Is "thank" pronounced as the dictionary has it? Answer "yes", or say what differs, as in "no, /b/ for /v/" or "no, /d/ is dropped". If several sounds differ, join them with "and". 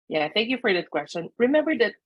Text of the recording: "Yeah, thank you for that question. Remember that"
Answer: yes